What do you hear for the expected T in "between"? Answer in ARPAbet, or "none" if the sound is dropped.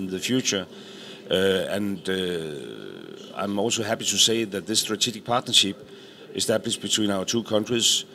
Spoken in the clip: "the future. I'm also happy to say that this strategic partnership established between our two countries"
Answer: S